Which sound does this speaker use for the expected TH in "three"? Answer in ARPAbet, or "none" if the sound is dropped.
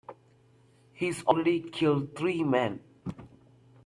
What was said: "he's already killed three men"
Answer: T